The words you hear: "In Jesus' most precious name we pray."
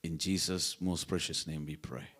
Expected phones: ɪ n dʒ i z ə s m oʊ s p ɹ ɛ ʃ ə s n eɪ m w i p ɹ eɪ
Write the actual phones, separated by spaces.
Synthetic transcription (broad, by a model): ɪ n dʒ i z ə s m oʊ s p ɹ ɛ ʃ ə s n eɪ m w i p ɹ eɪ